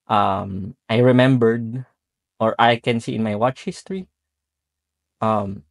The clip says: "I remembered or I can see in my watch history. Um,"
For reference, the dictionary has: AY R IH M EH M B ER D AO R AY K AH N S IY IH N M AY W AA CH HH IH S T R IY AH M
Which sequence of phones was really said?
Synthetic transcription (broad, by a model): AY R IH M EH M B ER D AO R AY K AH N S IY IH N M AY W AA CH HH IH S T R IY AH M